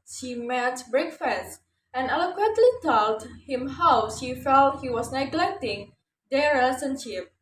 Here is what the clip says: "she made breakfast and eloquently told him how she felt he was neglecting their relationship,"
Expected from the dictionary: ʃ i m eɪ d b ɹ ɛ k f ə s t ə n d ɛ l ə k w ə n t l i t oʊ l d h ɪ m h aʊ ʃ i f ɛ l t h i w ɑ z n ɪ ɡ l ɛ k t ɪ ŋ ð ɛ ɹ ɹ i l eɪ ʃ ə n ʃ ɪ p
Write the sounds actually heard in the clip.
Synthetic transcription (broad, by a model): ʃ i m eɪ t b ɹ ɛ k f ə s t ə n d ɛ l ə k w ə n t l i t oʊ l d h ɪ m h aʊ ʃ i f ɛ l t h i w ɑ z n ɪ ɡ l ɛ k t ɪ ŋ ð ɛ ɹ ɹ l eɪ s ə n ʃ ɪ p